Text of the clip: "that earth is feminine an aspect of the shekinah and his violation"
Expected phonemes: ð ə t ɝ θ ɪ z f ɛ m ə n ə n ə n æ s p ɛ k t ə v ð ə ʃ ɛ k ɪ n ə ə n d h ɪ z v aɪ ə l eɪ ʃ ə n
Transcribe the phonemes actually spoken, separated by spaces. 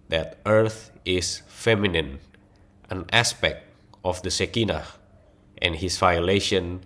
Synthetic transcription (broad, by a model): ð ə t ɝ θ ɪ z f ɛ m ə n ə n ə n æ s p ɛ k t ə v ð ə s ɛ k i n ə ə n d h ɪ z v aɪ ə l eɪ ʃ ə n